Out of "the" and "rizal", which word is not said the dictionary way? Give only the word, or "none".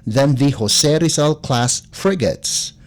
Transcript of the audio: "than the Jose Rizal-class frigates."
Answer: rizal